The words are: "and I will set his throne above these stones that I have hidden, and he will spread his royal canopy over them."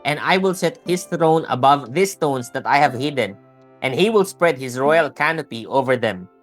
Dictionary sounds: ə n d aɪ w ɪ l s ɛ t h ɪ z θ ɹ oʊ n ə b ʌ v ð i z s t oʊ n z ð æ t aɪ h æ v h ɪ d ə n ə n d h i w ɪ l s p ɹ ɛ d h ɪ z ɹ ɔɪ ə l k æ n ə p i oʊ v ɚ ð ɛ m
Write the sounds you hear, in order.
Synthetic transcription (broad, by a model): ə n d aɪ w ɪ l s ɛ t h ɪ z θ ɹ oʊ n ə b ʌ v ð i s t oʊ n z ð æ t aɪ h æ v h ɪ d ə n ə n d h i w ɪ l s p ɹ ɛ d h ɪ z ɹ ɔɪ ə l k æ n ə p i oʊ v ɚ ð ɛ m